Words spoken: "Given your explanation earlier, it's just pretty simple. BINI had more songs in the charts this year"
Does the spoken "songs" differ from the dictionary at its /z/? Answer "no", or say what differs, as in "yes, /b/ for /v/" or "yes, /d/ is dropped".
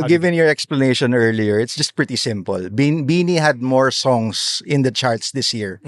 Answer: yes, /s/ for /z/